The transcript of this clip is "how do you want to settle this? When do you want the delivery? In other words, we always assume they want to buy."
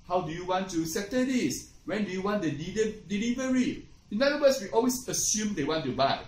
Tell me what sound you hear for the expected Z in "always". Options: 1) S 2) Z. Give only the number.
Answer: 1